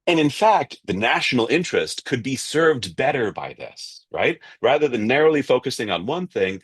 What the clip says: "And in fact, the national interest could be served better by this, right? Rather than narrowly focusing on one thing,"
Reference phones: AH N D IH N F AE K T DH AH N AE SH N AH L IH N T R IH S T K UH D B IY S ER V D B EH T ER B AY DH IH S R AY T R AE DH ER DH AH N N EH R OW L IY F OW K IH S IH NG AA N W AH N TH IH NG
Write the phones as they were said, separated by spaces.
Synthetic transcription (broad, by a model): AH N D IH N F AE K T DH AH N AE SH N L IH N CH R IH S T K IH D B IY S ER V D B EH T ER B AY DH IH S R AY T R AE DH ER DH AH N N EH R OW L IY F OW K IH S IH NG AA N W AH N TH IH NG